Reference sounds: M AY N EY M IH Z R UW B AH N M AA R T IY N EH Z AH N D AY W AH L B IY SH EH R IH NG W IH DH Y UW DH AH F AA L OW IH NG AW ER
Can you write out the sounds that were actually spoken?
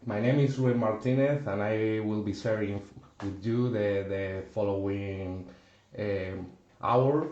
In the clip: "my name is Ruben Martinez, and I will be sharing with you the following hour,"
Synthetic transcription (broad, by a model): M AY N EY M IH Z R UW AH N M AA R T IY N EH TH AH N AY W AH L B IY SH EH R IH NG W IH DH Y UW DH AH F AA L OW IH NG AW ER